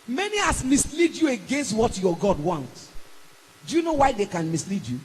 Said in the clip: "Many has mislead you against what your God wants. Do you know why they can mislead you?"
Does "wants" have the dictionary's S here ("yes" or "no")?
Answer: no